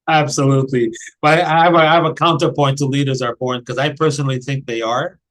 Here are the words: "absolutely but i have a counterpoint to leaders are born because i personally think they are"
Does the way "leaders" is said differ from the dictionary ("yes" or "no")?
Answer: no